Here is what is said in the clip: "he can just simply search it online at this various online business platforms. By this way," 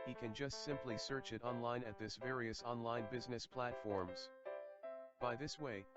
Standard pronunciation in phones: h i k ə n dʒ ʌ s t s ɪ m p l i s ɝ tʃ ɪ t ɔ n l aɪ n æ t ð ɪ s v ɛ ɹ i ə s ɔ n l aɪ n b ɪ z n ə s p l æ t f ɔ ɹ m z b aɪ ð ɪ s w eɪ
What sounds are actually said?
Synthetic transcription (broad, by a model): h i k ə n dʒ ʌ s t s ɪ m p l i s ɝ tʃ ɪ t ɔ n l aɪ n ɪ t ð ɪ s v ɛ ɹ i ə s ɔ n l aɪ n b ɪ z n ə s p l æ t f ɔ ɹ m z b aɪ ð ɪ s w eɪ